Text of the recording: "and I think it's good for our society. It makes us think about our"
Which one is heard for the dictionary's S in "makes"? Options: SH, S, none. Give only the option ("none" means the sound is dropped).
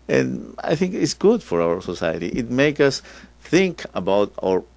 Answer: none